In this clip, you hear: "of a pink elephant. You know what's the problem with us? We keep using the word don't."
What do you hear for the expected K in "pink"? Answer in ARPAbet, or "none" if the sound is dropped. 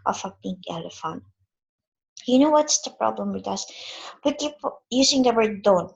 none